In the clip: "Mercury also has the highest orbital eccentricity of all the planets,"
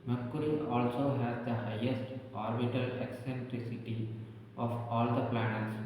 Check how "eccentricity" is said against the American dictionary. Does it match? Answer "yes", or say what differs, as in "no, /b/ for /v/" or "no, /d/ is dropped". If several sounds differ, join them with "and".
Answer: yes